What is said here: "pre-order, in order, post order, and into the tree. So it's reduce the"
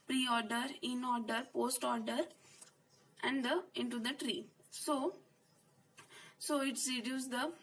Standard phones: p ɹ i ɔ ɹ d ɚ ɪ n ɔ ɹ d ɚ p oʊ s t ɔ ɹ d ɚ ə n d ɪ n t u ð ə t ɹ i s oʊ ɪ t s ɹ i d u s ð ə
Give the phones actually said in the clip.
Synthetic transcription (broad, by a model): p ɹ i ɔ ɹ d ɚ ɪ n ɔ ɹ d ɚ p oʊ s t ɔ ɹ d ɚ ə n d ɪ n t u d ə t ɹ i s oʊ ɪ t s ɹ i d u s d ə